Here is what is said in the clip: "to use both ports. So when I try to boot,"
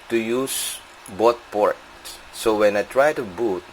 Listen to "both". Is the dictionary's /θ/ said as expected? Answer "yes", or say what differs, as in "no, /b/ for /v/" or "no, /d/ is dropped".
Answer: no, /t/ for /θ/